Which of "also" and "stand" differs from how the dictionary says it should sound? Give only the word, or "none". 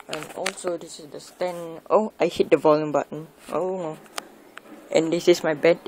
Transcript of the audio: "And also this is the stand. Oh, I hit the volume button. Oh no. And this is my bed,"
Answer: stand